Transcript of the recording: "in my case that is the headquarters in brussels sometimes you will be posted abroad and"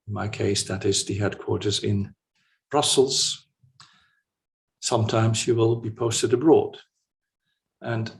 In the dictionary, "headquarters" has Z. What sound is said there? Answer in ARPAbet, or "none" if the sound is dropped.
Z